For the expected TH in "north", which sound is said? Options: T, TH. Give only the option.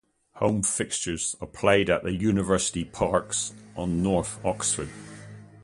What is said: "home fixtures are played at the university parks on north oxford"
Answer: TH